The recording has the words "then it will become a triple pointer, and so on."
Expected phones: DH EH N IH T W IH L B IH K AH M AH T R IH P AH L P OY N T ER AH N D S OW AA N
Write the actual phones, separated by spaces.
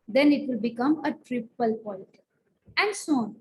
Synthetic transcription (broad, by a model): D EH N IH T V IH L B IH K AH M AH T R IH P AH L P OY L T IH AH N D S OW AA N